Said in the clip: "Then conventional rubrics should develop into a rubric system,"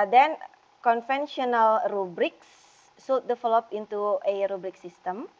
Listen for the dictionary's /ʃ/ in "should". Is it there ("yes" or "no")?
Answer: no